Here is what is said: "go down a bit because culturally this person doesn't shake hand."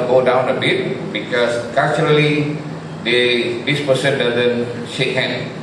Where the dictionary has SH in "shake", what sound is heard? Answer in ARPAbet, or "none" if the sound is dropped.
SH